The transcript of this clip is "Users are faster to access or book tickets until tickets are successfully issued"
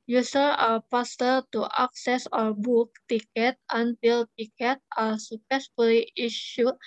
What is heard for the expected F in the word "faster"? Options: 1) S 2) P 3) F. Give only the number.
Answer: 2